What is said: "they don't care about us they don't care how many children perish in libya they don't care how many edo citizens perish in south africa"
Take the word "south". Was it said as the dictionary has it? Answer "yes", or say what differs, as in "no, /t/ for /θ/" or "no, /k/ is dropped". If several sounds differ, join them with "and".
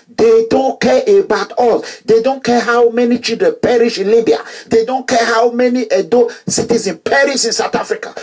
no, /t/ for /θ/